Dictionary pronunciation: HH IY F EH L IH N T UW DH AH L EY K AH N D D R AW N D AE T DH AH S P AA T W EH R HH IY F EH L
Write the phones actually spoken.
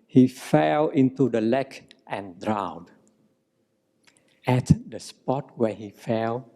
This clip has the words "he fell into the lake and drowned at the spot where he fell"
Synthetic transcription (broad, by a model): HH IY F EH L IH N T UW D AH L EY K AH N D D R AW D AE T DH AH S P AA T W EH HH IY F EH L